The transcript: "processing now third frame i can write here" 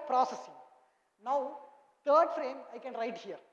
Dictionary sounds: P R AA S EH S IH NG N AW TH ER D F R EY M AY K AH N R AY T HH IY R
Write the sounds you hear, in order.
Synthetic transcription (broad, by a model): P R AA S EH S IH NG N AW T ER D F R EY M AY K AH N R AY T HH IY R